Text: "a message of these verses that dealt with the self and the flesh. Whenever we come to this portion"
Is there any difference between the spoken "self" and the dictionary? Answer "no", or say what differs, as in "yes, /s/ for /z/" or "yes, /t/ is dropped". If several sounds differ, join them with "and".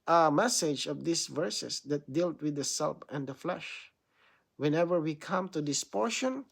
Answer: yes, /p/ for /f/